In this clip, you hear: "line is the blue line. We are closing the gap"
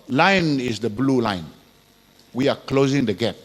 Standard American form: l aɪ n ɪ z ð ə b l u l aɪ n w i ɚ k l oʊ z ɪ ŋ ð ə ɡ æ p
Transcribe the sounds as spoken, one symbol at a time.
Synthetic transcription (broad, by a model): l aɪ n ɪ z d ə b l u l aɪ n w i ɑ k l oʊ z ɪ ŋ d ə ɡ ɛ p